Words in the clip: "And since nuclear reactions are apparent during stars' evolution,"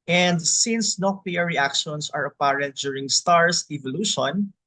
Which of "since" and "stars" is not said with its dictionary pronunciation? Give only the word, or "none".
stars